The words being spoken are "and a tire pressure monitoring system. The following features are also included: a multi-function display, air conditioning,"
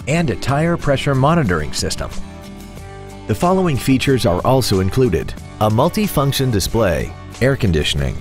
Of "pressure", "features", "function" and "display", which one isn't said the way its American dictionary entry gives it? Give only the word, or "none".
none